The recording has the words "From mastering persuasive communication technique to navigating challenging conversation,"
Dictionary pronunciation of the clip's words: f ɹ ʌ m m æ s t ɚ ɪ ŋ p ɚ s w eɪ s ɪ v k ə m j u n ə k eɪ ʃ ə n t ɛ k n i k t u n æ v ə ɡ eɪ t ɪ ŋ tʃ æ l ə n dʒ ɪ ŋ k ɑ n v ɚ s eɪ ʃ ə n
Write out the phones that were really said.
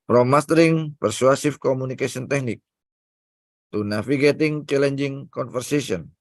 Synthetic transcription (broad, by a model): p ɹ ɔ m m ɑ s t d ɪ ŋ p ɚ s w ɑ s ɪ f k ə m u n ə k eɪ s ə n t ɛ k n i k t u n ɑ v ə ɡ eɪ t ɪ ŋ tʃ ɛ l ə n dʒ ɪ ŋ k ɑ n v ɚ s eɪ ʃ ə n